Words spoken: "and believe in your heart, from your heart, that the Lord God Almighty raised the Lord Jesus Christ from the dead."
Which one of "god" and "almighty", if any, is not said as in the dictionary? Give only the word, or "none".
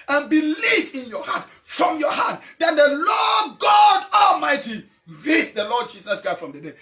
none